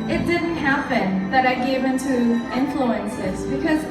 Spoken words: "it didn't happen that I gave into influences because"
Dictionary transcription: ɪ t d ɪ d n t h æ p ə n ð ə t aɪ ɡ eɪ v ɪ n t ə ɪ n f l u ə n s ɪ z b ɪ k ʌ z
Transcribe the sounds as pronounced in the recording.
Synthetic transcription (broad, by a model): ɪ t d ɪ d n t h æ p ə n ð ə t aɪ ɡ eɪ v ɪ n t ə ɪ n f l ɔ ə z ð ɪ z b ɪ k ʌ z